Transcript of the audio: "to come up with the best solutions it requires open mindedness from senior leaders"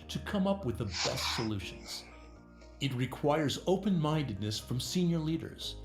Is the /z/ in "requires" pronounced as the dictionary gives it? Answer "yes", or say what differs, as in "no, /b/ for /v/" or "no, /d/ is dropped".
yes